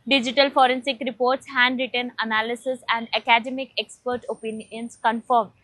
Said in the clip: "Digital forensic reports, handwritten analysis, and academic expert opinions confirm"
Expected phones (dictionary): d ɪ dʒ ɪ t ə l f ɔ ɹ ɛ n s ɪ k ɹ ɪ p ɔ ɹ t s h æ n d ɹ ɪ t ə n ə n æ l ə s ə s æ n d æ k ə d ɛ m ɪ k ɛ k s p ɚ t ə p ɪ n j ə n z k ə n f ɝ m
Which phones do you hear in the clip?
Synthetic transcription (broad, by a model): d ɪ dʒ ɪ t ə l f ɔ ɹ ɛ n s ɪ k ɹ ɪ p ɔ ɹ t s h æ n d ɹ ɪ t ə n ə n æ l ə s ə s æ n d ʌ k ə d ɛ m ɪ k ɛ k s p ɚ t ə p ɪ n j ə n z k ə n f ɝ m